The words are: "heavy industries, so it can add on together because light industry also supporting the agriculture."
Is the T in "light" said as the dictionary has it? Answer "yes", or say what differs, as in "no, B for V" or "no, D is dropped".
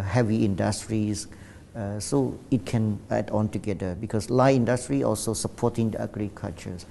no, T is dropped